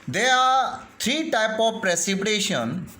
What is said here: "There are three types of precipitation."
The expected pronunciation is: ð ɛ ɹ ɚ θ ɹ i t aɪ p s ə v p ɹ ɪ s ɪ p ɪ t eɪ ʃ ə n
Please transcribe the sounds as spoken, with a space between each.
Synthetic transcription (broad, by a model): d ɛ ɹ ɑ t ɹ i t aɪ p ə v p ɹ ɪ s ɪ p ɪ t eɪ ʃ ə n